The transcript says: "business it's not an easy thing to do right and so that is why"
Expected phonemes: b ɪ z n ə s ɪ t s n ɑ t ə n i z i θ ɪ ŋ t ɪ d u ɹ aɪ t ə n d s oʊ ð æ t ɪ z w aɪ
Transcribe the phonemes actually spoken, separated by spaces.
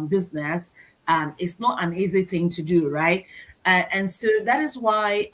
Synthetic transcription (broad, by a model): b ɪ z n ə s ɪ t s n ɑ t ə n i z i θ ɪ ŋ t ɪ d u ɹ aɪ t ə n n s oʊ ð æ t ɪ z w aɪ